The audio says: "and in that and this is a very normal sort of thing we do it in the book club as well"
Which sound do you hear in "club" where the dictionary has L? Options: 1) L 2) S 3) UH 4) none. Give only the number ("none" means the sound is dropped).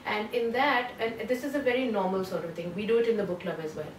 1